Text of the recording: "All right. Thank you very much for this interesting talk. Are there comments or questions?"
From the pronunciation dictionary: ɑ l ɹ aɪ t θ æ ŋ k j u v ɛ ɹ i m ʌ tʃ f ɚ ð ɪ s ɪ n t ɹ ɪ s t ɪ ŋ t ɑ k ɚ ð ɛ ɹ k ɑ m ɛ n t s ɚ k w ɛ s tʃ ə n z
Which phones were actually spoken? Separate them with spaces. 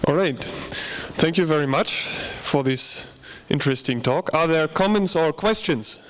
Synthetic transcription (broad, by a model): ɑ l ɹ aɪ t θ æ ŋ k j u v ɛ ɹ i m ʌ tʃ f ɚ ð ɪ s ɪ n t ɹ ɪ s t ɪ ŋ t ɑ k ɚ ð ɛ ɹ k ɑ m ɛ n t s ɚ k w ɛ s tʃ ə n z